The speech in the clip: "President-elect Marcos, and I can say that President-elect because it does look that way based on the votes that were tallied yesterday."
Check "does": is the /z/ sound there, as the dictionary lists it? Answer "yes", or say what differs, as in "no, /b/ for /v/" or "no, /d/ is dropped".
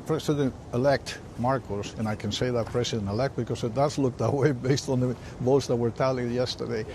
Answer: no, /s/ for /z/